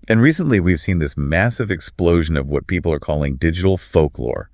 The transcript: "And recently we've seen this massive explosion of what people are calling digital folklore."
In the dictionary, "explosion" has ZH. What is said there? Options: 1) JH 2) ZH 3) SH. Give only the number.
2